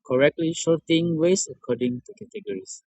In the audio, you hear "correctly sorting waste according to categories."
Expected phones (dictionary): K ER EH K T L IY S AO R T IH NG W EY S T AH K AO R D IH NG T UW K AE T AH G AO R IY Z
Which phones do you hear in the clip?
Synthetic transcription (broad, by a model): K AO EH K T L IY SH AO T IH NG W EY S AH K AO D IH NG T UW K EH T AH G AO R IY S